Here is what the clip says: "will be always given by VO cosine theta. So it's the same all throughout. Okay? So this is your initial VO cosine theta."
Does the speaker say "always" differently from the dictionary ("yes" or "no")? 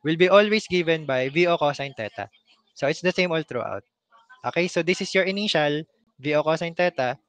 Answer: yes